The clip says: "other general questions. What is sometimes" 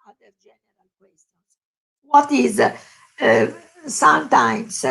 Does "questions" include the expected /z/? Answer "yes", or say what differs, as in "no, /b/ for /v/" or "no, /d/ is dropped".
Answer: no, /s/ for /z/